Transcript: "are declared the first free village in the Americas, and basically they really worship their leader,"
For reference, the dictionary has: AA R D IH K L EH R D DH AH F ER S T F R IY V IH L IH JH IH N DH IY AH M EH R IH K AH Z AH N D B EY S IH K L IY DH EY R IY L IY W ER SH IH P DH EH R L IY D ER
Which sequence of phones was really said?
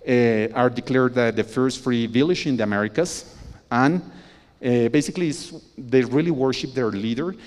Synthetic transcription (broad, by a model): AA R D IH K L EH R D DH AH F ER S T F R IY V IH L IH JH IH N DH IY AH M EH R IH K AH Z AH N B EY S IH K L IY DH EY R IY L IY W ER SH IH P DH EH R L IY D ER